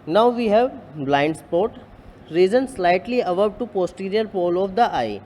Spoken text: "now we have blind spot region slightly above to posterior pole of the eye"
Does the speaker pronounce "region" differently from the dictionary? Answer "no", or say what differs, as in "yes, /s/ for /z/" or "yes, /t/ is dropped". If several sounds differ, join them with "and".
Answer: yes, /z/ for /dʒ/